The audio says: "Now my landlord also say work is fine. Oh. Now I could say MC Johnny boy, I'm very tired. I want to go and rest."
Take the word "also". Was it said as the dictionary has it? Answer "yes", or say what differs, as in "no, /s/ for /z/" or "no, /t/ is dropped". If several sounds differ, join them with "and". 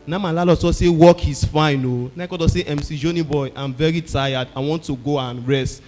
no, /l/ is dropped